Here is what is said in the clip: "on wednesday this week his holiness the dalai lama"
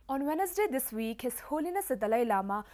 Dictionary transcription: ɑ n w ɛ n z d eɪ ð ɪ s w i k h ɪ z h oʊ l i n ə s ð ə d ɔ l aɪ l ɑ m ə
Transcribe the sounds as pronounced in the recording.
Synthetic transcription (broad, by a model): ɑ n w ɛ n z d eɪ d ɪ s w i k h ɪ s h oʊ l i n ə s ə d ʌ l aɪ l ɑ m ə